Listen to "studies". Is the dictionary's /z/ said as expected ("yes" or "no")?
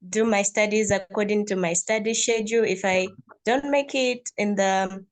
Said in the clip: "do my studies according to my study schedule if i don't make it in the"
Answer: yes